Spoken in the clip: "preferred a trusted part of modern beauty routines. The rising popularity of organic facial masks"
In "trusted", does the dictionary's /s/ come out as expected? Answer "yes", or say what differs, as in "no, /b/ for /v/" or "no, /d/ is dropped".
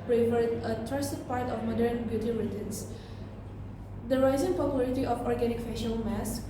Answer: no, /s/ is dropped